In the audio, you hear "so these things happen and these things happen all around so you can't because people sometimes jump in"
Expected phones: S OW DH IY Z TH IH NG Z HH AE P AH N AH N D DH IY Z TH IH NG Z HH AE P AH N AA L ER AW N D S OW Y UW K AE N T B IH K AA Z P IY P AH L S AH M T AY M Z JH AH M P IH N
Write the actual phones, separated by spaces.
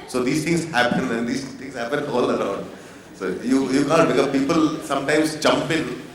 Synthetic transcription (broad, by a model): S OW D IY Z T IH NG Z HH AE P AH N AH N D IY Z T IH NG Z HH AE P AH N AA L ER AW N D S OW Y UW K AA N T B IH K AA P IY P AH L S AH M T AY M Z JH AH M P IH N